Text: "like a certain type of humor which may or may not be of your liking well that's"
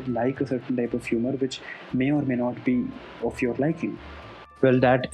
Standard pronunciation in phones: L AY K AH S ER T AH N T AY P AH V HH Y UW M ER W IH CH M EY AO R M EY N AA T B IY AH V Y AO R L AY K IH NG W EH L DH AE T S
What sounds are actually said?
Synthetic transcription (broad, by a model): L AY K AH S ER T AH N T AY P AH V HH Y UW M ER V IH CH M EY AO R M EY N AA T B IY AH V Y AO R L AY K IH NG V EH L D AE T